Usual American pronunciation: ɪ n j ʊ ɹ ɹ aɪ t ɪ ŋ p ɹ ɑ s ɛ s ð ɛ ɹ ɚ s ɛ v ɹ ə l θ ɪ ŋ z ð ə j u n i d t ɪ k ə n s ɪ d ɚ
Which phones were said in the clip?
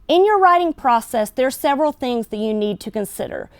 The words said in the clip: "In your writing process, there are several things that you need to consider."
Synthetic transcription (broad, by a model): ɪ n j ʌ ɹ ɹ aɪ t ɪ ŋ p ɹ ɑ s ɛ s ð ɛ ɹ s ɛ v ɹ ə l θ ɪ ŋ z ð ə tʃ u n i d t ɪ k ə n s ɪ d ɚ